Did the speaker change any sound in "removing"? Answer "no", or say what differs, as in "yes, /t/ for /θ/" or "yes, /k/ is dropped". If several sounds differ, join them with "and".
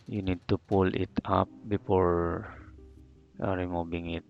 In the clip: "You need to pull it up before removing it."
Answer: yes, /b/ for /v/